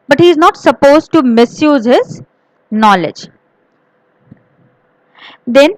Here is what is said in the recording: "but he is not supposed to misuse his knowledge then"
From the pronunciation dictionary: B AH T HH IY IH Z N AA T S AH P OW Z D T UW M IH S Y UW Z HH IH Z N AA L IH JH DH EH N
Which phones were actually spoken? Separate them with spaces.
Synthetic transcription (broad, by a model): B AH T HH IY IH Z N AA T S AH P OW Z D T UW M IH S Y UW Z HH IH Z N AA L IH JH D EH N